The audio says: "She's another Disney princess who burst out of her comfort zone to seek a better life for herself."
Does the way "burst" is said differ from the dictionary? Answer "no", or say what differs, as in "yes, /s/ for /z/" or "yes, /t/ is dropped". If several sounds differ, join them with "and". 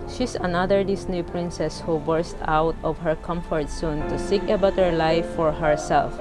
no